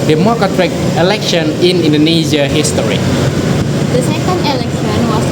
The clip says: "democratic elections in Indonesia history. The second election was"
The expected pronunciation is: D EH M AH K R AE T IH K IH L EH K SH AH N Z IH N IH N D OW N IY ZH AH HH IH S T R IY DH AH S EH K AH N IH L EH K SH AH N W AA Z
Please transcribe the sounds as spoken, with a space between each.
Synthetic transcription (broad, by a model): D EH M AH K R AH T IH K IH L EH K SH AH N IH N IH N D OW N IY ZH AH HH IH S T R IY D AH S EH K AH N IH L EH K S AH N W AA